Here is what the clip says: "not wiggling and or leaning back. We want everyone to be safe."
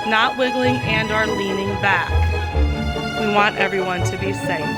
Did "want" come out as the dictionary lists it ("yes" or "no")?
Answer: yes